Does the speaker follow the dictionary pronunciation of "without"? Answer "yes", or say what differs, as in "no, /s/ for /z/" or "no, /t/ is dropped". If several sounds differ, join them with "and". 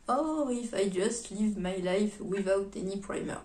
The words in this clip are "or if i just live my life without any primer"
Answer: yes